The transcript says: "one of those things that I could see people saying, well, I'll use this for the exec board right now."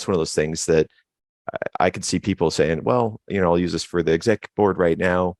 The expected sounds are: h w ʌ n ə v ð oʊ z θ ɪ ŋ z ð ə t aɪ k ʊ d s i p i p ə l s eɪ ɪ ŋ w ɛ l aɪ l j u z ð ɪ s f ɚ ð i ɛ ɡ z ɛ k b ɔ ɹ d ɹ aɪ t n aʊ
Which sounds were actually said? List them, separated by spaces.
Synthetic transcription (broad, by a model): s w ʌ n ə v ð oʊ z θ ɪ ŋ z ð ə t aɪ k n s i p i p l s eɪ ɪ ŋ w ɛ l aɪ l j u z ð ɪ s f ɚ ð i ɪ ɡ z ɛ k b ɔ ɹ d ɹ aɪ t n aʊ